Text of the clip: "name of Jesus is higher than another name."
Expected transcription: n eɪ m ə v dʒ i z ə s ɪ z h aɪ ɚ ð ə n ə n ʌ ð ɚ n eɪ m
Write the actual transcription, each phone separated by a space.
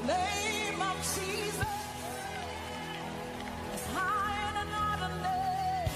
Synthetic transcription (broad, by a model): n eɪ m ə v dʒ i z ə s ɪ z h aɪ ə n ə n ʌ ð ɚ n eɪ